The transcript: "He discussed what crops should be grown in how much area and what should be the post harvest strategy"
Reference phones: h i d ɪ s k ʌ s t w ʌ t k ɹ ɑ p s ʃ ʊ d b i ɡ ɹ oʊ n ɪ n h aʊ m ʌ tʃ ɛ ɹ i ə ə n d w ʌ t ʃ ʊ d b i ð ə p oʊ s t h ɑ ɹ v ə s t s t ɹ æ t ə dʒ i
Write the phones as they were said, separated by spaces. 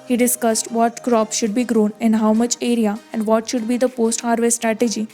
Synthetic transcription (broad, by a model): h i d ɪ s k ʌ s t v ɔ t k ɹ ɑ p ʃ ʊ d b i ɡ ɹ oʊ n ɪ n h aʊ m ʌ tʃ ɛ ɹ i ə ə n d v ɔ t ʃ ʊ d b i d ə p oʊ s t h ɑ ɹ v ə t s t ɹ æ t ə dʒ i